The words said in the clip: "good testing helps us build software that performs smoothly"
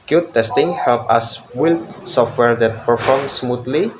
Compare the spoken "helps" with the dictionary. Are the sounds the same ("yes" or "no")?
no